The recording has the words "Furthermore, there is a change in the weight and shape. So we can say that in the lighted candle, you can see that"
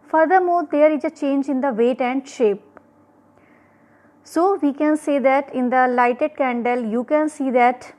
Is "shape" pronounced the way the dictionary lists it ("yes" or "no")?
yes